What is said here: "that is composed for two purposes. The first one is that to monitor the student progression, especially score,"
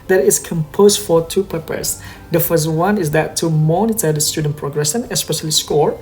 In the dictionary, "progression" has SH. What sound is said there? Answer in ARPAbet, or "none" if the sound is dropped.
S